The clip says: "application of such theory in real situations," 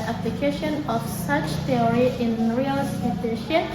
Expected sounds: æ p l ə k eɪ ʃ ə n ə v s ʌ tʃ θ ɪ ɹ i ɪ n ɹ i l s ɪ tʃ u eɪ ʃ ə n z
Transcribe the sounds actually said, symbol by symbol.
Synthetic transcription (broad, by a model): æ p l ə k eɪ ʃ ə n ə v s ʌ tʃ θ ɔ ɹ i ɪ n ɹ i l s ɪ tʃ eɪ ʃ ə